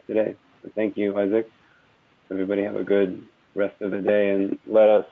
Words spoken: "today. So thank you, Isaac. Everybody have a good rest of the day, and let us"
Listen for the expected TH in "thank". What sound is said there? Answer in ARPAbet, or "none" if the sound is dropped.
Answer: TH